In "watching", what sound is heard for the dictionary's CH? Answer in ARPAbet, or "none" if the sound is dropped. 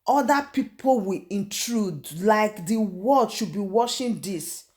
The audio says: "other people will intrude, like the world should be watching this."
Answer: SH